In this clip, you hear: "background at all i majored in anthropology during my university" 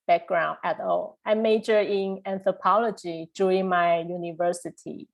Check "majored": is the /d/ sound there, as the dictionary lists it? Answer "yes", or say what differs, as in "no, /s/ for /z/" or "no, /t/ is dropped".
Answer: no, /d/ is dropped